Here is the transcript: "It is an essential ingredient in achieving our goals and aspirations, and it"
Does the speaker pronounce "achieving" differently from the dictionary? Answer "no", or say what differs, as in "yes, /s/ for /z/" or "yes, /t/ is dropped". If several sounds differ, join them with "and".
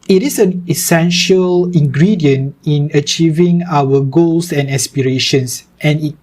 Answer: no